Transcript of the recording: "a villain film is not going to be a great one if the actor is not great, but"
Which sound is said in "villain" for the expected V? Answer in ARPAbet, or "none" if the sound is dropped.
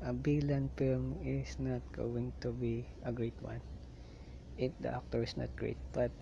B